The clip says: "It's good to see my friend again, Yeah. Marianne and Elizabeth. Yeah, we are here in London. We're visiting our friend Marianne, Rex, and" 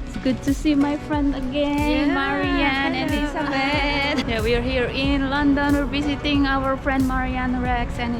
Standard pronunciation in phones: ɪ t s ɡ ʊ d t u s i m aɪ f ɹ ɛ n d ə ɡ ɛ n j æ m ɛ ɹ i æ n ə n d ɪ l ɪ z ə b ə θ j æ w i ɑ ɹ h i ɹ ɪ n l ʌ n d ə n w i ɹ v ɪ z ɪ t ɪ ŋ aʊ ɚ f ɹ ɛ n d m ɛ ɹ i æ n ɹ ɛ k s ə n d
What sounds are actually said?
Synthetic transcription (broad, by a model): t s ɡ ʊ d t u s i m aɪ f ɹ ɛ n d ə ɡ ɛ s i m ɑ ɹ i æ n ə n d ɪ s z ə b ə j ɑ w i ɑ ɹ h i ɹ ɪ n l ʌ n d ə n w i ɹ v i s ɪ t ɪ ŋ aʊ ɚ f ɹ ɛ n d m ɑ ɹ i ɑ n ɹ ɛ k s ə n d